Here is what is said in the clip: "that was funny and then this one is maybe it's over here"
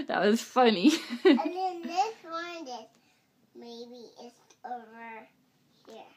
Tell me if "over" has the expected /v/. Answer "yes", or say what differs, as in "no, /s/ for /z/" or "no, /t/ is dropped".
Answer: yes